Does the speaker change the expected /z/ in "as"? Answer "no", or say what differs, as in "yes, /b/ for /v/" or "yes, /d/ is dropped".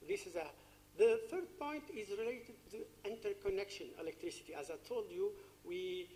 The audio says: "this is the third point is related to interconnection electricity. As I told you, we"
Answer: no